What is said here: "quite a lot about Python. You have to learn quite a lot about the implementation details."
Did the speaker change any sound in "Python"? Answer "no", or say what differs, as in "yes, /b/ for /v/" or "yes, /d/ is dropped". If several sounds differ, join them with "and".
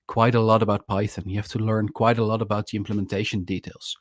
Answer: no